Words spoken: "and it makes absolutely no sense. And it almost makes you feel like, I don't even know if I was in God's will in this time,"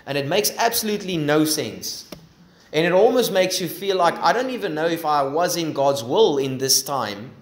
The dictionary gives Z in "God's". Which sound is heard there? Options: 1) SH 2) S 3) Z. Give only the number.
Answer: 3